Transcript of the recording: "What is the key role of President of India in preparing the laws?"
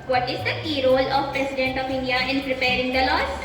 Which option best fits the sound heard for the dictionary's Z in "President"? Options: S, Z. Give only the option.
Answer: S